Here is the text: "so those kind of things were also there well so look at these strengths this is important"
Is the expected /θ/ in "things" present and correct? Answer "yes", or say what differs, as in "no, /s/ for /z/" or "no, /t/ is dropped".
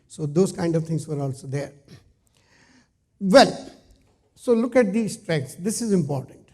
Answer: no, /t/ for /θ/